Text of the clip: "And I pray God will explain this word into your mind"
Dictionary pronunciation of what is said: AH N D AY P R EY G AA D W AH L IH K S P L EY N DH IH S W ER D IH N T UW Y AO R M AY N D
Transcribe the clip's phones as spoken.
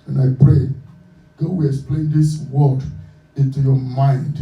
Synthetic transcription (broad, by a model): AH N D AY P R EY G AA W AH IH S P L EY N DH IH S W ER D IH N T UW Y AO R M AY N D